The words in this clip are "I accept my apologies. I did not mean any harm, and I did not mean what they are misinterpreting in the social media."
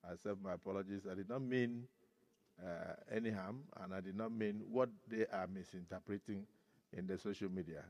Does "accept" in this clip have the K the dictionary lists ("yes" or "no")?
no